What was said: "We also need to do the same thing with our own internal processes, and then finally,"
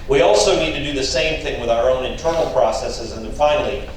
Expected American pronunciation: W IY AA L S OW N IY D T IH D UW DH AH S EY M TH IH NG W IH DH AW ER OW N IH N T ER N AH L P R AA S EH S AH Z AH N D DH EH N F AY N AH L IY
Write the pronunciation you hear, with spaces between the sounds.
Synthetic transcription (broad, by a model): W IY AA L S OW N IY D T IH D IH DH AH S EY M TH IH NG W IH DH AW ER OW N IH N T ER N L P R AA S EH S AH Z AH N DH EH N F AY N L IY